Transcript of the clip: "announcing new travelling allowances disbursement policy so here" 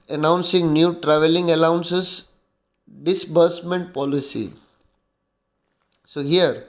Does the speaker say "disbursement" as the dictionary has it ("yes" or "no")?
yes